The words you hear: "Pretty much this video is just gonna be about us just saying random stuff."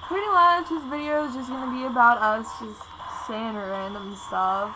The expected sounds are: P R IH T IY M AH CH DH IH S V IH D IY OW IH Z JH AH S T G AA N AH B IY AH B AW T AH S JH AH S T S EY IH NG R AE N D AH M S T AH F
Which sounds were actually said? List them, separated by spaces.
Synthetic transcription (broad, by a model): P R IH T IY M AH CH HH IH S V IH D IY OW IH Z JH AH S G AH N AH B IY AH B AW T AH S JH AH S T S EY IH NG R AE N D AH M S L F